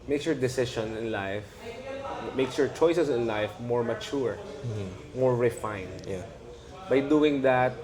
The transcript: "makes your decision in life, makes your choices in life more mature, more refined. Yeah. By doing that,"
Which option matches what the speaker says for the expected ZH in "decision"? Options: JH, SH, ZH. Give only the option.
SH